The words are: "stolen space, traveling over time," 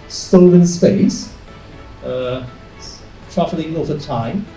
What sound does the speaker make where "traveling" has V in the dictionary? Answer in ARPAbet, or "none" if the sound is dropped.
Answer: F